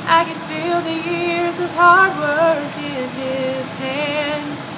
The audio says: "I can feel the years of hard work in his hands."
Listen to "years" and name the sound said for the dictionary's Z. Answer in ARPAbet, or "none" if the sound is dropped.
Z